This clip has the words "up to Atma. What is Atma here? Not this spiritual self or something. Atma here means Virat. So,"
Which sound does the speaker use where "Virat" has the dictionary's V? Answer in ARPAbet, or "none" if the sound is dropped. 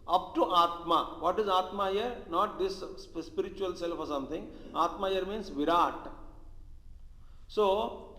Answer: V